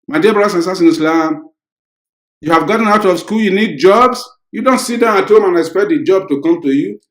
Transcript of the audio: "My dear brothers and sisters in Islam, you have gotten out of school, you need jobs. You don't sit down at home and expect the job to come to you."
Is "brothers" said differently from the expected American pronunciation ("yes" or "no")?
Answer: yes